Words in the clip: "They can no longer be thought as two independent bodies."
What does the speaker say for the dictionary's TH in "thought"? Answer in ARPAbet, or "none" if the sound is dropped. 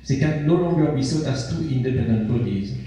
S